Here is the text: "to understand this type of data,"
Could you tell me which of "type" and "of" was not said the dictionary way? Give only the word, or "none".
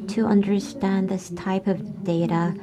none